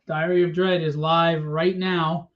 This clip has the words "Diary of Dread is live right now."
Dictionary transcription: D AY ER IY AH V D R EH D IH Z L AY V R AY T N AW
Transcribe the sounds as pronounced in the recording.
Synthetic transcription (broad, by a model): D AY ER IY AH V D R EH D IH Z L AY V R AY T N AW